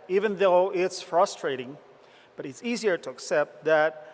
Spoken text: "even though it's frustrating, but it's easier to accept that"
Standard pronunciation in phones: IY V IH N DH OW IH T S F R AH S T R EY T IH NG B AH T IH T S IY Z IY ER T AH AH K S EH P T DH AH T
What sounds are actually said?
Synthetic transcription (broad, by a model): IY V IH N DH OW IH T S F R AH S T R EY T IH NG B AH T IH T S IY Z IY ER T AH AH K S EH P T DH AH T